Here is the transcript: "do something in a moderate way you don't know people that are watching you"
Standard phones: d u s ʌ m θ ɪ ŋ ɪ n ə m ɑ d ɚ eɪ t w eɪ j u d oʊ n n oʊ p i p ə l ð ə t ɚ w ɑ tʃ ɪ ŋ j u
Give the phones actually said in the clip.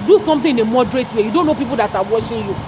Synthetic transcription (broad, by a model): d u s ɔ m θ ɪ ɪ n ə m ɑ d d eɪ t w eɪ j u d oʊ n n oʊ p i p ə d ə t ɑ w ɑ ʃ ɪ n j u